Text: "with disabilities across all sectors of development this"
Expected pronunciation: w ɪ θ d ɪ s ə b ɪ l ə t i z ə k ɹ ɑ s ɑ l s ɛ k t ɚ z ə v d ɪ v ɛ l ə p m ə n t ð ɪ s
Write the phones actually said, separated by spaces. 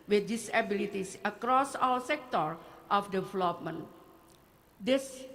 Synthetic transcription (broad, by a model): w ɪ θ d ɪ s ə b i l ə t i s ə k ɹ ɑ s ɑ w s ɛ k t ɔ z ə f d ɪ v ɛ l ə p m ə n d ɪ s